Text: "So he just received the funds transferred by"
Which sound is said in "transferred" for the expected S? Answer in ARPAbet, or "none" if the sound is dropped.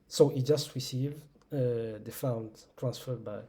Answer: S